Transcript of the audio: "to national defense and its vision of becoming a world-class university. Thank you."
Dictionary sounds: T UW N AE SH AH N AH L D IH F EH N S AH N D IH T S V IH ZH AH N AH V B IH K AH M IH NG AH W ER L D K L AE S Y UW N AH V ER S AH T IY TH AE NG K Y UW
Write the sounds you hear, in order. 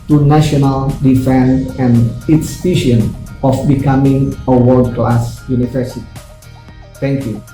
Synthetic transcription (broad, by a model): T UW N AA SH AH N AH L D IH F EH N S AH N IH T S P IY SH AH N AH F B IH K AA M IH NG AH W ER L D K L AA S Y UW N AH V ER S AH T IY T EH NG K Y UW